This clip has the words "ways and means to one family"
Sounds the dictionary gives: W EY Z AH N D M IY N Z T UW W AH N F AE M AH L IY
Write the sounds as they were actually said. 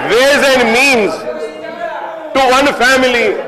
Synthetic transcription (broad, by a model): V EY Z AH N D M IY N Z T UW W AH N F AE M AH L IY